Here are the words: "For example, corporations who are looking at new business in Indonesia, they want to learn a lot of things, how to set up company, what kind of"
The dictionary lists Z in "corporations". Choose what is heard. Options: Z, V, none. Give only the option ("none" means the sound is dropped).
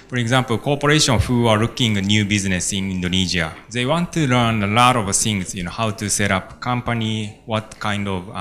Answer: none